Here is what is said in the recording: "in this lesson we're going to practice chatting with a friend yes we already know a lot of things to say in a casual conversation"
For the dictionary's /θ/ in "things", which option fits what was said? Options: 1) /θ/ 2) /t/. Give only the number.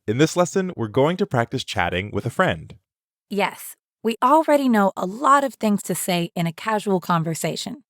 1